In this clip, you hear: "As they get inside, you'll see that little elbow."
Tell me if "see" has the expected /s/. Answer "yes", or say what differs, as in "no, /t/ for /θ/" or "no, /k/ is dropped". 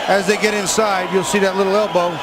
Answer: yes